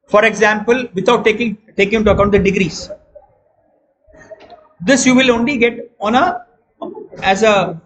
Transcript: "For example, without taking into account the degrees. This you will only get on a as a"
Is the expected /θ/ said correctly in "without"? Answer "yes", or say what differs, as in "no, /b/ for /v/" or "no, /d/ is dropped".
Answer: no, /t/ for /θ/